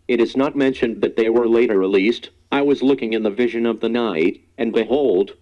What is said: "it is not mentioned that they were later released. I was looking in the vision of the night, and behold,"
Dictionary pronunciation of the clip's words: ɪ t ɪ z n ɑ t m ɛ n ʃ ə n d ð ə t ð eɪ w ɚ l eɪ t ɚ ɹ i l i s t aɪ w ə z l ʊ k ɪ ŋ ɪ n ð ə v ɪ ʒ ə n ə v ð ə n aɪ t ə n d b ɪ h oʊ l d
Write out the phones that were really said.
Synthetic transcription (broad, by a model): ɪ t ɪ z n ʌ t m ɛ n ʃ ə n ð ə t ð eɪ w ɚ l eɪ t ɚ ɹ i l i s t aɪ w ə z l ʊ k ɪ ŋ ɪ n ð ə v ɪ ʒ ə n ə v ð ə n aɪ t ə n b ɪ h oʊ l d